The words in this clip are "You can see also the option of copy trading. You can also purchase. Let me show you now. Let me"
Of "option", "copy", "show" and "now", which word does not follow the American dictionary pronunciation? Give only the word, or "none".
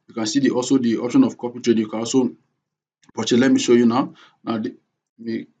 none